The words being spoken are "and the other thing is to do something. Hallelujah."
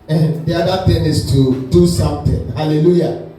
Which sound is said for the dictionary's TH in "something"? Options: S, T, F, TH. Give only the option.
T